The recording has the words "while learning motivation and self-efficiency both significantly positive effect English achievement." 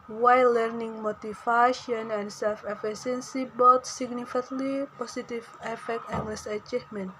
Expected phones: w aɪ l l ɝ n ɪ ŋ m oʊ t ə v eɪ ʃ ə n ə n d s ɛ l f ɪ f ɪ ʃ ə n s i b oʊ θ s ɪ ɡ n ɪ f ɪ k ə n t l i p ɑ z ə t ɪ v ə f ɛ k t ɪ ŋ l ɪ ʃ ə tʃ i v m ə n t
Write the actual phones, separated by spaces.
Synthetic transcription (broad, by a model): w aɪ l l ɝ n ɪ ŋ m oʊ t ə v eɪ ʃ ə n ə n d s ɛ l f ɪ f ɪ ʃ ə n s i b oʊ t s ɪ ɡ n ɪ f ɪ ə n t l i p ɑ s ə t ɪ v ə f ɛ k t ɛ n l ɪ s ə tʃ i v m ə n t